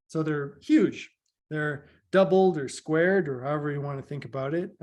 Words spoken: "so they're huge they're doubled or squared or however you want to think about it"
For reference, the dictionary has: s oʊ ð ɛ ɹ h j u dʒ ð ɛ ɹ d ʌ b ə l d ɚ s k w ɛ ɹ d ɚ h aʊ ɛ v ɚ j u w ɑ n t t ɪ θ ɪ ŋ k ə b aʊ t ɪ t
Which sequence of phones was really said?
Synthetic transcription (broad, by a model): s oʊ ð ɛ ɹ h j u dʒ ð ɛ ɹ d ʌ b l d ɚ s k w ɛ ɹ d ɚ h aʊ ɛ v ɚ j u w ɑ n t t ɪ θ ɪ ŋ k ə b aʊ t ɪ t